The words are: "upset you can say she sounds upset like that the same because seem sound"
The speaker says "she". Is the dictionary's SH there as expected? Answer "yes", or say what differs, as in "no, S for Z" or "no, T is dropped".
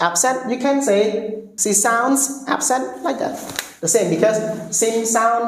no, S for SH